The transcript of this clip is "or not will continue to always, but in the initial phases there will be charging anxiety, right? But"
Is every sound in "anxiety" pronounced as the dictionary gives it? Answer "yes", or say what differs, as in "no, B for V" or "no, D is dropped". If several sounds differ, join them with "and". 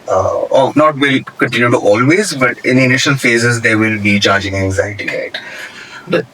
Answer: yes